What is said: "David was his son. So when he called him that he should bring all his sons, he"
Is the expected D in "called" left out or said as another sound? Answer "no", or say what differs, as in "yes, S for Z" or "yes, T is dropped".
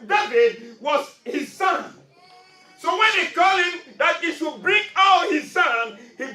yes, D is dropped